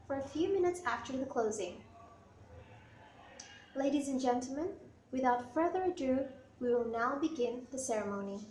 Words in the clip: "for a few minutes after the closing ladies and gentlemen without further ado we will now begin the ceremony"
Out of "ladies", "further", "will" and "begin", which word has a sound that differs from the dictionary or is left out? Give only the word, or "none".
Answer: none